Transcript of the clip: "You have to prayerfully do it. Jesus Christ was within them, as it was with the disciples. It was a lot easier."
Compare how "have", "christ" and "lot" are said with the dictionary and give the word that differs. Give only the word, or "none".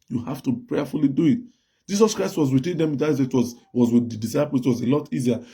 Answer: have